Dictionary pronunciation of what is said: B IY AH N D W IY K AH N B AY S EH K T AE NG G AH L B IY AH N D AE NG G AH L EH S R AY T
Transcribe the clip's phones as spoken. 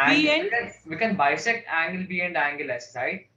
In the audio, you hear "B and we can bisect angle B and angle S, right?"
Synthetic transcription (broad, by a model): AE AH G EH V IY K AH N B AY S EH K AE NG G AH L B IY AH N D AE NG G AH L EH S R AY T